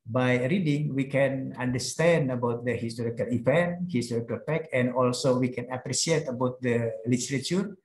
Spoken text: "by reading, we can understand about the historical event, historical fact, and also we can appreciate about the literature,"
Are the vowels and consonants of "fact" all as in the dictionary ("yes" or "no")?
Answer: no